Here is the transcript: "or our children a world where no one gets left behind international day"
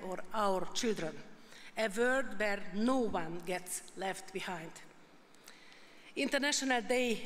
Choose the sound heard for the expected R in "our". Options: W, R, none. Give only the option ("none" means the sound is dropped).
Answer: R